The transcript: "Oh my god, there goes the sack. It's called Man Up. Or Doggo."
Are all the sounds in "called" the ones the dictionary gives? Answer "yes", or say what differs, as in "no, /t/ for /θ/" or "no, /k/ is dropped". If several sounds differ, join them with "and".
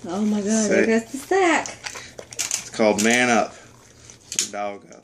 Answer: yes